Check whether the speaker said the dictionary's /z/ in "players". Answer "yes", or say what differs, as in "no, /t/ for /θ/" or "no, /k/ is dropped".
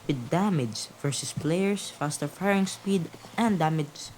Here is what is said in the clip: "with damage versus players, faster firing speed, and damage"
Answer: no, /s/ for /z/